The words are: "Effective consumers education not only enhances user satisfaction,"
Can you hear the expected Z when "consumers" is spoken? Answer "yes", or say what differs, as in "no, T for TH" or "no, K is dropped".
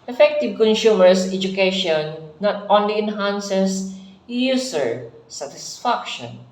no, S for Z